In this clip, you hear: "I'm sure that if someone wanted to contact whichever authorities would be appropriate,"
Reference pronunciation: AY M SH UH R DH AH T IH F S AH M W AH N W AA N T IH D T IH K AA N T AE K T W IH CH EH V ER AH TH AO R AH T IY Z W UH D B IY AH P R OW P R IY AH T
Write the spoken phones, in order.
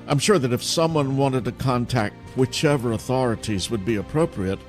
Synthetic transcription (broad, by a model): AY M SH UH R DH AH T IH F S AH M W AH N W AA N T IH D T IH K AA N T AE K T W IH CH EH V ER AH TH AO R AH T IY Z W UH D B IY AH P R OW P R IY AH T